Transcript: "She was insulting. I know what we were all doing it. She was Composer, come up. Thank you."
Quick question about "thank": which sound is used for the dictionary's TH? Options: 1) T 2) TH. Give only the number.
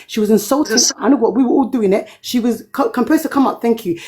2